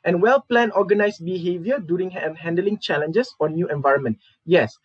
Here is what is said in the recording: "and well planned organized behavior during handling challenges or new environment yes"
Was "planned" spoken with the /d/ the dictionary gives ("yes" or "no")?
no